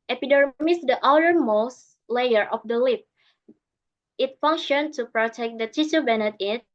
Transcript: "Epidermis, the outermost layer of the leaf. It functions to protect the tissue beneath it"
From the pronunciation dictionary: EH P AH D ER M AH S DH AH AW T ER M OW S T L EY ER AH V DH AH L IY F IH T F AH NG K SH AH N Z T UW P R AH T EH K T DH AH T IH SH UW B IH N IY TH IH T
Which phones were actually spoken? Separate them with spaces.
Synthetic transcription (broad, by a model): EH P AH D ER M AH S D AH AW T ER M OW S L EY ER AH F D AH L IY P IH T F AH NG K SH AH N T UW P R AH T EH K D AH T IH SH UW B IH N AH T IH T